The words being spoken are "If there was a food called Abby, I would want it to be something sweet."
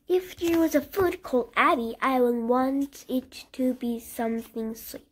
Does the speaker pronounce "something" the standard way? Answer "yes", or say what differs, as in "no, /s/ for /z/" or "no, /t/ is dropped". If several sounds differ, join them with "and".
yes